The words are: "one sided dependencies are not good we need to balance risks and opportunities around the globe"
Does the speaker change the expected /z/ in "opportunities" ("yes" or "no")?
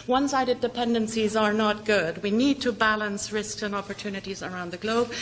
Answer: no